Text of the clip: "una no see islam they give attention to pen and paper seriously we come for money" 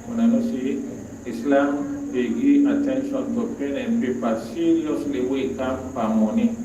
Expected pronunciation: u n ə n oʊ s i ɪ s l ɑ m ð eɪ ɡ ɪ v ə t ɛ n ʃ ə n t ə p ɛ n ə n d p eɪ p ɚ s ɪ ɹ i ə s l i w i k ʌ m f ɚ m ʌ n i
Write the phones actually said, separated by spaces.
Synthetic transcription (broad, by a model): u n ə n oʊ s i ɪ s l ɑ m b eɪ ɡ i ə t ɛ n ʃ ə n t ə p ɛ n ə n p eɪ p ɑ s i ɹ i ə s l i w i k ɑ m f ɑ m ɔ n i